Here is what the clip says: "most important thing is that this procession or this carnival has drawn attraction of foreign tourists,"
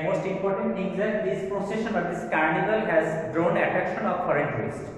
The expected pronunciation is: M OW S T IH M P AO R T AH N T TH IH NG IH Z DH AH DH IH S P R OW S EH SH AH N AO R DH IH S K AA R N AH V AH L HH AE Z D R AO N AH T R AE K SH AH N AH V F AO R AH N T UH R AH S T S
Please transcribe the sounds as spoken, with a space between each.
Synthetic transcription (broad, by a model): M OW S T IH M P AO R T AH N T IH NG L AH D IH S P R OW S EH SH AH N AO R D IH S K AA R N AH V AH L HH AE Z D R AO N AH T R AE K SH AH N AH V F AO R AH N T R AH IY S